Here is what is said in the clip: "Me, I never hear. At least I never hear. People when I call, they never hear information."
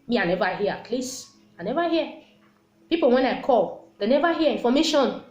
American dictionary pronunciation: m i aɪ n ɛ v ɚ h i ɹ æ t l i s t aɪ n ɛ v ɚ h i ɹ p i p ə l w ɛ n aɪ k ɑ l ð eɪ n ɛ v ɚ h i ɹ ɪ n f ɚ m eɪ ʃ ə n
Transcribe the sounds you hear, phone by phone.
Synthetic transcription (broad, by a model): m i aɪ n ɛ v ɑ h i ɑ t l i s aɪ n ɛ v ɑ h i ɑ p i p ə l w ɛ n aɪ k ɑ l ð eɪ n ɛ v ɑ h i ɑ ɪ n f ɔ m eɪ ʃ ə n